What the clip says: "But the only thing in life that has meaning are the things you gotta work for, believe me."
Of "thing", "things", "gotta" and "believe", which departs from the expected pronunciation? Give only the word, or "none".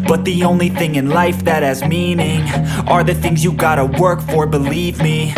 none